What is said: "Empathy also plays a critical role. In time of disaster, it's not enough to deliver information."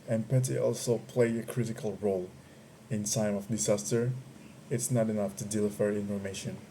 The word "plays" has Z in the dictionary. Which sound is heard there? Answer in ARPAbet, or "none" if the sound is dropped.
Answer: none